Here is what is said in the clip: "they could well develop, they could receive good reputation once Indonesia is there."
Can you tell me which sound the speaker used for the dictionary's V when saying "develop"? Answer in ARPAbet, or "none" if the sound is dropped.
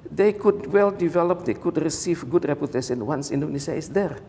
V